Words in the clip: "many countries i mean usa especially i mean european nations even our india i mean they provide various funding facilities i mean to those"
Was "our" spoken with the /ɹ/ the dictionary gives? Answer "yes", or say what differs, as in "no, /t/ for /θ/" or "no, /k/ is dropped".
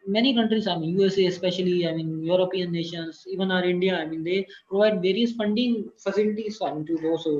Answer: yes